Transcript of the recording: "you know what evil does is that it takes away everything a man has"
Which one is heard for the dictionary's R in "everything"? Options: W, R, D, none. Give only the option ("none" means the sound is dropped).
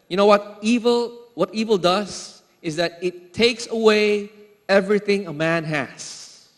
R